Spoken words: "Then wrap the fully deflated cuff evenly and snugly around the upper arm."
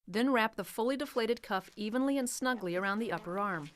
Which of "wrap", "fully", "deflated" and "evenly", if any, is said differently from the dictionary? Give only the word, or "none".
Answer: none